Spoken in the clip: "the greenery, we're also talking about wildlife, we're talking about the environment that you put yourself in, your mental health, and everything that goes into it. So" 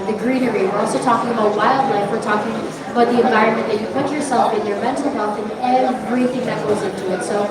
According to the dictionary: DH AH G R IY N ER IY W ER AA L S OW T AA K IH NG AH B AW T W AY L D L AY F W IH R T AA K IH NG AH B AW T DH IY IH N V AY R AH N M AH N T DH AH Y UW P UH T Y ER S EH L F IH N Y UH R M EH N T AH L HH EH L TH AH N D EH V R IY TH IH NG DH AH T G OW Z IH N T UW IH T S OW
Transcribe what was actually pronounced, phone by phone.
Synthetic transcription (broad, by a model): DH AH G R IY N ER IY W ER AA L S OW T AA K IH NG AH B AW T W AY L D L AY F W IH R T AA K IH NG AH B AW T DH IY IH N V AY R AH N M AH N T DH AH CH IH P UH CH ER S EH L F IH N Y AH R M EH N T L HH EH L TH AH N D EH V R IY TH IH NG DH AH T G OW Z IH N T UW IH T S OW